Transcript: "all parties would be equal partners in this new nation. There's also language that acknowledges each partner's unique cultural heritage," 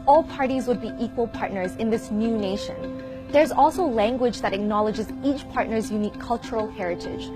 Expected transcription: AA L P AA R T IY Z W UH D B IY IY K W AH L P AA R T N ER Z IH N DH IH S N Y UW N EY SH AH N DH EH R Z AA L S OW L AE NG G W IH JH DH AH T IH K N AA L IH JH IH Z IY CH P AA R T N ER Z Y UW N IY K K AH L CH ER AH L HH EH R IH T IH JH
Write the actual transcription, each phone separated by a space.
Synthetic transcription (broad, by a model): AA L P AA R T IY Z W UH D B IY IY K W AH L P AA R T N ER Z IH N DH IH S N Y UW N EY SH AH N DH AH R Z AA L S OW L AE NG G W IH JH DH AH T IH K N AA L IH JH IH Z IY CH P AA R T N ER Z Y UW N IY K K AH L CH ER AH L HH EH R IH T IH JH